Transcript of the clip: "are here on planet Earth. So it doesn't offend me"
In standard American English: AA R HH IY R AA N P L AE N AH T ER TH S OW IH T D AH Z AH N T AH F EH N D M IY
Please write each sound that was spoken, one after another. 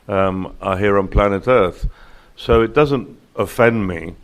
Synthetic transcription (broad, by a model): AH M HH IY R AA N P L AE N AH T ER TH S OW IH T D AH Z AH N T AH F EH N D M IY